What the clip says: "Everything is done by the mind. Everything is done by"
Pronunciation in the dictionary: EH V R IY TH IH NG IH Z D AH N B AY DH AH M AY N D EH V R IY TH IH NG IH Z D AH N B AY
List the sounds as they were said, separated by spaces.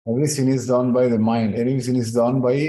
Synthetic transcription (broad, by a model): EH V R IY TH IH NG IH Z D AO N B AY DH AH M AY N D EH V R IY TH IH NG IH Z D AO N B AY